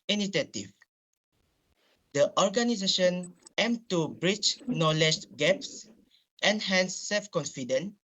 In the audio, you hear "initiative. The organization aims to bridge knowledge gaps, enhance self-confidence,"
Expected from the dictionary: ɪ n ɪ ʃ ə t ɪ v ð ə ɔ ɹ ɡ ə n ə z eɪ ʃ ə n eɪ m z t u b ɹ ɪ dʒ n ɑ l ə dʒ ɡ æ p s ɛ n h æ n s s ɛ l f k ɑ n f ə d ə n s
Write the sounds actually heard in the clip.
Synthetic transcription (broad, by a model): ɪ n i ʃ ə t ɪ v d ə ɔ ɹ ɡ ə n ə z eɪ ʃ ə n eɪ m t u b ɹ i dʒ n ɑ l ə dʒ ɡ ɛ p s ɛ n h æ n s s ɛ l f k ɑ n f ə d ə n